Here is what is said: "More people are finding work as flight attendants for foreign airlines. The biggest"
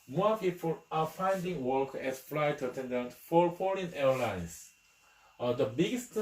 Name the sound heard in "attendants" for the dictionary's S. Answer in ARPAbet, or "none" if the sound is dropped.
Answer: none